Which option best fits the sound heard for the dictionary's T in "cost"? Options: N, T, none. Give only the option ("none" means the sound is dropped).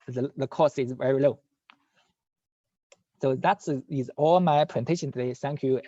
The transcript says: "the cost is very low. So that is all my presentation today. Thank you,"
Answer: none